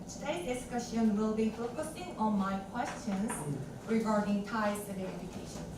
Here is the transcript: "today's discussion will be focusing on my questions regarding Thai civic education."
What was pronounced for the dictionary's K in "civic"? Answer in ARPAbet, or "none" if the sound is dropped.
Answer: none